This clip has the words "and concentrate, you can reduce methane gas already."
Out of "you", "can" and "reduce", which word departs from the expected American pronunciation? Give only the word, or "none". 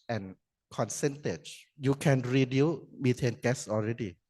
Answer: reduce